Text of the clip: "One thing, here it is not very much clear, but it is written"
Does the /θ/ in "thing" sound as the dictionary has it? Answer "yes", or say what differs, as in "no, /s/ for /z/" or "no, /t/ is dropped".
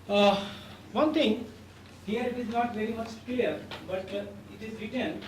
no, /t/ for /θ/